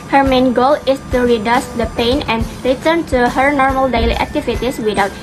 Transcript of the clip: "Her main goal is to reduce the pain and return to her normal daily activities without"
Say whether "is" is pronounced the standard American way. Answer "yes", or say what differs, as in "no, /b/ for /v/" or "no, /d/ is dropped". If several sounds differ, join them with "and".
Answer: no, /s/ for /z/